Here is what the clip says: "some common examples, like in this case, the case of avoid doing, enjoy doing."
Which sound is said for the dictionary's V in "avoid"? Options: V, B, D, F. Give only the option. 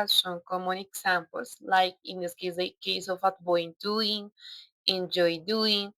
B